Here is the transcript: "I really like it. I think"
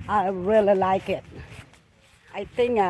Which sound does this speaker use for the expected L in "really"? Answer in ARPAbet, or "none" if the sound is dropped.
L